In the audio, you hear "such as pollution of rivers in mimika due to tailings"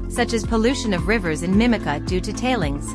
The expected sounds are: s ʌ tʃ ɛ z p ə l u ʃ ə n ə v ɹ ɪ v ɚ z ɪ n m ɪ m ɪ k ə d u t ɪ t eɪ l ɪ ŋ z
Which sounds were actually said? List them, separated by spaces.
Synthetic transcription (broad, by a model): s ʌ tʃ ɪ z p ə l u ʃ ə n ə v ɹ ɪ v ɚ z ɪ n m ɪ m ɪ k ə d u t ɪ t eɪ l ɪ ŋ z